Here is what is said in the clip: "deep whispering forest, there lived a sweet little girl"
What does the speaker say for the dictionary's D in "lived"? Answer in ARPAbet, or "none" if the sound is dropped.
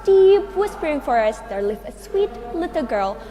none